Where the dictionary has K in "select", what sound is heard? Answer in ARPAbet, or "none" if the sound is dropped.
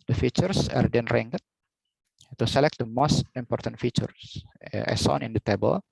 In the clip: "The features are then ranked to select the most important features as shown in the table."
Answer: K